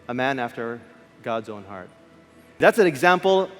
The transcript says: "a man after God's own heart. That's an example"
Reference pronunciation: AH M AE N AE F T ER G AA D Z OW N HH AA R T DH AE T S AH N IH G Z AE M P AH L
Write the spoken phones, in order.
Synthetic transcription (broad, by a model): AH M AE N AE F T ER G AA D Z OW N HH AA R T DH AE T S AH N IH G Z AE M P L